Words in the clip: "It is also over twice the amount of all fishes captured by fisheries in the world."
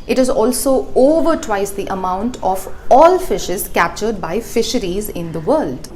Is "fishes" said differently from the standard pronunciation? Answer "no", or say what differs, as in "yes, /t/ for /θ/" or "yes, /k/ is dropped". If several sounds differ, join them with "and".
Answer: no